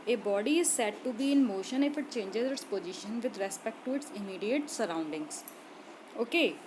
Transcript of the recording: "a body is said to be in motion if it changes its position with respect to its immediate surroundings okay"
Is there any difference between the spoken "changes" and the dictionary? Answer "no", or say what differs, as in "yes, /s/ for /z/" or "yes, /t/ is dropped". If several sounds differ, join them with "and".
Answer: no